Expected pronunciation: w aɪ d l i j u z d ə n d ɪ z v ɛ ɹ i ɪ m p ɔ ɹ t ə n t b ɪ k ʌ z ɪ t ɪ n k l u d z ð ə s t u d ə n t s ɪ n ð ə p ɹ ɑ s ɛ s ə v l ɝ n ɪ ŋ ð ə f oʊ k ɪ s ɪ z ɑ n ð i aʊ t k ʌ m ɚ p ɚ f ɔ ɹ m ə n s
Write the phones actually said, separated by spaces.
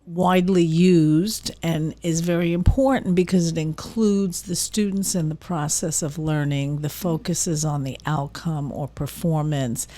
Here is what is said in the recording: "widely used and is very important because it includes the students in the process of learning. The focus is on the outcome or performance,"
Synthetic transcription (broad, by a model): w aɪ d l i j u z d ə n ɪ z v ɛ ɹ i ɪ m p ɔ ɹ t n b ɪ k ʌ z ɪ t ɪ n k l u d z ð ə s t u d n t s ɪ n ð ə p ɹ ɑ s ɛ s ə v l ɝ n ɪ ŋ ð ə f oʊ k ɪ s ɪ z n ð i aʊ t k ʌ m ɚ p ɚ f ɔ ɹ m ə n s